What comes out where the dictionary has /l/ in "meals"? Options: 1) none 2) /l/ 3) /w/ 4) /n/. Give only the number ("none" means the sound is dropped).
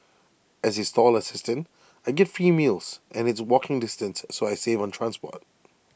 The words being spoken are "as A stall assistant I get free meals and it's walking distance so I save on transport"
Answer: 2